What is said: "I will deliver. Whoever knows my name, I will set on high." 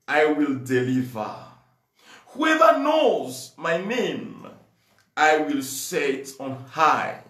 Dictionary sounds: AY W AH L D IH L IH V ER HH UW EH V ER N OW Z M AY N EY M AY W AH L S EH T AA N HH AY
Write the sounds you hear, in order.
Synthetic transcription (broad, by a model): AY W AH L D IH L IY V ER HH UW EH V ER N OW Z M AY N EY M AY W AH L S EH T AA N HH AY